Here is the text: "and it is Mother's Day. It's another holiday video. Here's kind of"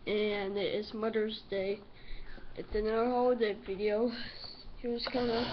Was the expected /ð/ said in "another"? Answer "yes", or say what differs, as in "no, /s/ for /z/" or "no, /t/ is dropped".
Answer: no, /ð/ is dropped